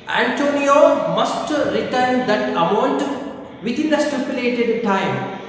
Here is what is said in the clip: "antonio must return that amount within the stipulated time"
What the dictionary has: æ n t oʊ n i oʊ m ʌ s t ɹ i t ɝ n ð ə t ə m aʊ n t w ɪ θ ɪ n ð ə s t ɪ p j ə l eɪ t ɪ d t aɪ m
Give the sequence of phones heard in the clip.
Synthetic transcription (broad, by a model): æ n t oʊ n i oʊ m ʌ s t ɹ i t ɝ n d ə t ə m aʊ n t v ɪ t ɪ n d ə s t ɪ p j ə l eɪ t ɪ d t aɪ m